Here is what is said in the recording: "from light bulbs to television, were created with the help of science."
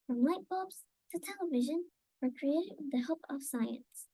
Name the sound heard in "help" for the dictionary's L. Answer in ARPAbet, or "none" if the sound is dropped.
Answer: none